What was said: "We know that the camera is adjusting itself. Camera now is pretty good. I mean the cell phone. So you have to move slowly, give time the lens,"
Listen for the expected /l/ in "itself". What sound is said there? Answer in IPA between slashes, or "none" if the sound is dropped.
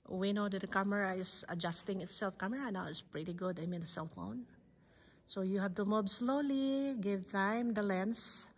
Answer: /l/